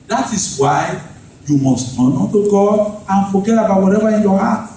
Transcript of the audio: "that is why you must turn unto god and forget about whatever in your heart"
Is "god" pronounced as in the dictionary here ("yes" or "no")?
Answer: no